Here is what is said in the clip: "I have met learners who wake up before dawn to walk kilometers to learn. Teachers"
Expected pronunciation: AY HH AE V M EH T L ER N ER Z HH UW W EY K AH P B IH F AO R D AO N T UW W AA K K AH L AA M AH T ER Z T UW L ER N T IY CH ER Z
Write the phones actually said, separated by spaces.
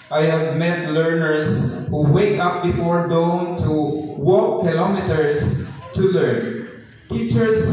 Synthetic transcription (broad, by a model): AY HH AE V M EH T L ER N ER S HH UW W EY K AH P B IH F AO R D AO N T UW W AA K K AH L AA M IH T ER S T UW L ER N T IY CH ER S